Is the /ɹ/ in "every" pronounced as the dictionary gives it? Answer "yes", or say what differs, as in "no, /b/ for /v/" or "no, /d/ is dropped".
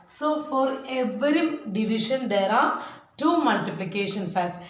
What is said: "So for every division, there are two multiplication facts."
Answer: yes